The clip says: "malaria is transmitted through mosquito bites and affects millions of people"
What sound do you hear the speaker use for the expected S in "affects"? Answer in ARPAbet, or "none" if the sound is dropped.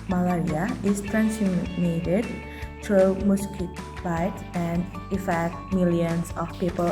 none